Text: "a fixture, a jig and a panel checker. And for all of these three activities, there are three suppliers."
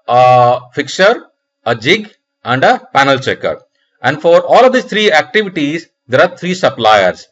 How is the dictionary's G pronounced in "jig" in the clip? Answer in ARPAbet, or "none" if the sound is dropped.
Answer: G